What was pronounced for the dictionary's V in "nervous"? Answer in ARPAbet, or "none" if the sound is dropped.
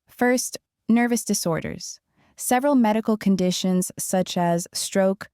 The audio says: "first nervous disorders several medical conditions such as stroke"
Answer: V